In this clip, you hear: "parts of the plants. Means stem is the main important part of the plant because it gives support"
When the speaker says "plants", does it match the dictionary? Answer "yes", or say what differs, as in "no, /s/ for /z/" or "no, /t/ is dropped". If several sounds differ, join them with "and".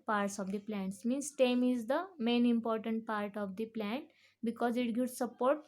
yes